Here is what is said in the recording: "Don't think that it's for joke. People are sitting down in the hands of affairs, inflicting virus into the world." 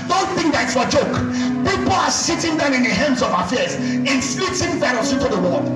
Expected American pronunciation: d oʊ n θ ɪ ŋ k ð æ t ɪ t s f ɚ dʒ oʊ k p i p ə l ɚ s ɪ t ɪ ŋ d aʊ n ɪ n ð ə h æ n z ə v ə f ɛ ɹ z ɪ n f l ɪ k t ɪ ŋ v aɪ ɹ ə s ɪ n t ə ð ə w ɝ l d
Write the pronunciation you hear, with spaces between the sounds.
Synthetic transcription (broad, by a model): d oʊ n θ ɪ ŋ k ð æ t ɪ t s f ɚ dʒ oʊ k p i p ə l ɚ s ɪ t ɪ ŋ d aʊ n ɪ n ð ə h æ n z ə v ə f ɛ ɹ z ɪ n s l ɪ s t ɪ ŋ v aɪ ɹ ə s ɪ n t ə ð ə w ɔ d